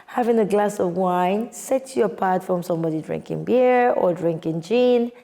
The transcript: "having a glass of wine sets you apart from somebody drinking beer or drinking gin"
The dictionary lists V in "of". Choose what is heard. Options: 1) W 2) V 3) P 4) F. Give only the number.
2